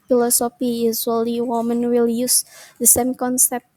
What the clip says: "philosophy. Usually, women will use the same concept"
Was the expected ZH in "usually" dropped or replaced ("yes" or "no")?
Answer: yes